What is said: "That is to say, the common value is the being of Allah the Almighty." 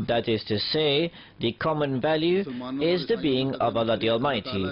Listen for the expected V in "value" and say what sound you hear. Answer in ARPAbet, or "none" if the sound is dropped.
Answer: V